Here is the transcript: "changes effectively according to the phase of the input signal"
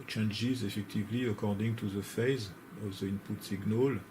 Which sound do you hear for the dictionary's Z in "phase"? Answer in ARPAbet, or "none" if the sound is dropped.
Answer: Z